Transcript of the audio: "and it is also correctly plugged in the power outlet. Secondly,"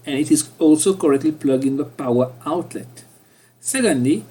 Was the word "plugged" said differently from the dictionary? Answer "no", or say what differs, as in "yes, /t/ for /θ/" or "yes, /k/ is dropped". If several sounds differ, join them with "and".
yes, /d/ is dropped